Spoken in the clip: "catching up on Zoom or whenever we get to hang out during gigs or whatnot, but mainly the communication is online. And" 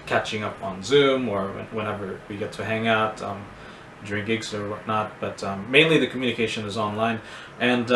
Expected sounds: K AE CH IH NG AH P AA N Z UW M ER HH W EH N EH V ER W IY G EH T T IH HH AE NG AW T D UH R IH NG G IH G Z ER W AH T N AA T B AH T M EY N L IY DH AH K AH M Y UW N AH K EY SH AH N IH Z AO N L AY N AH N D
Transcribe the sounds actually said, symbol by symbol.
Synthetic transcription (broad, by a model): K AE CH IH NG AH P N Z UW M ER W W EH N EH V ER W IY G EH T T IH HH AE NG AW T D UH R IH NG G IH G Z ER W AH T N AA T B AH T M EY N L IY DH AH K M Y UW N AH K EY SH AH N IH Z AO N L AY N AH N